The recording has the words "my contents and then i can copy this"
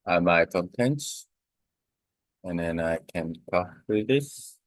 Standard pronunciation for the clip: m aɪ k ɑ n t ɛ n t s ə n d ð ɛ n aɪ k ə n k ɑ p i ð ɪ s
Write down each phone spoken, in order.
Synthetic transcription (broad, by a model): m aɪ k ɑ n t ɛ n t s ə n ð ɛ n aɪ k ə n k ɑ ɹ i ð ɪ s